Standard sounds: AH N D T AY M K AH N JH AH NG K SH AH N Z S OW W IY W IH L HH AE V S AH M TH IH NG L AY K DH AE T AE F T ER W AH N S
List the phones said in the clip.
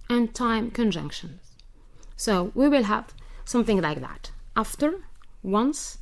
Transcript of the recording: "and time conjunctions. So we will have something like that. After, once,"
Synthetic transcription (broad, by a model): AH N T AY M K AH N JH AH NG K SH AH N Z S OW W IY W IH L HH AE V S AH M TH IH NG L AY K DH AE T AE F T ER W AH N S